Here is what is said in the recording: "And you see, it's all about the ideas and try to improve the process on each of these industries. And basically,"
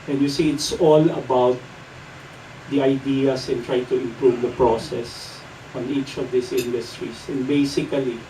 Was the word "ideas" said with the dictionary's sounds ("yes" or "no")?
no